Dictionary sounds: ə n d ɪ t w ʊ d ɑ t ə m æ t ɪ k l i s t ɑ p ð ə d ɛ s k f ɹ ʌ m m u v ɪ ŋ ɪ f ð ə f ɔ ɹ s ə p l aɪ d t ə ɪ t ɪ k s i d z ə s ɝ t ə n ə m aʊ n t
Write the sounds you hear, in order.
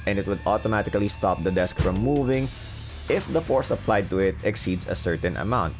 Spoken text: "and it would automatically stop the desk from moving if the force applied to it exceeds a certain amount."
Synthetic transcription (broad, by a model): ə n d ɪ t w ʊ d ɑ t ə m æ t ɪ k l i s t ɑ p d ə d ɛ s k f ɹ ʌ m m u v ɪ ŋ ɪ f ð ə f ɔ ɹ s ə p l aɪ d t ə ɪ t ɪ k s i d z ə s ɝ t ə n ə m aʊ n t